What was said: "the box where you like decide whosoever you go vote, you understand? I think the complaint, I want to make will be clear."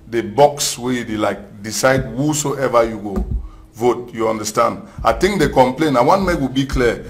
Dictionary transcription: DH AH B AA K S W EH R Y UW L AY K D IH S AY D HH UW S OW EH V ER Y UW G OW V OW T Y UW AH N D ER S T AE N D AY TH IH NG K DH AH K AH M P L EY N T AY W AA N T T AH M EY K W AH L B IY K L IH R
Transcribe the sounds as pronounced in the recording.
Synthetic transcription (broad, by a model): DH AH B AA K S W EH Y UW L AY K D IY S AY D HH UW S OW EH V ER Y UW G OW V OW T Y UW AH N D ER S T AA N D AY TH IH NG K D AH K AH M P L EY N AY W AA N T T M EY K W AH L B IY K L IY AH